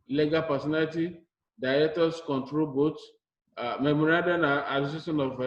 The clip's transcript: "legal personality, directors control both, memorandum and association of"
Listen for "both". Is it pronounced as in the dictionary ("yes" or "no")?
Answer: no